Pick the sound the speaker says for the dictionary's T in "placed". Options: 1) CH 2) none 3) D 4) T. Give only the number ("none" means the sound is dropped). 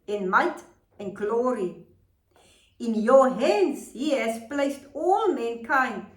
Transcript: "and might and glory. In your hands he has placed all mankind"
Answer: 4